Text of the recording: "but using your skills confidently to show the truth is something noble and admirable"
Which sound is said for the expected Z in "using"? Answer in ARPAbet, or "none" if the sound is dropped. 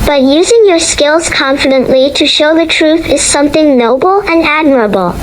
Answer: Z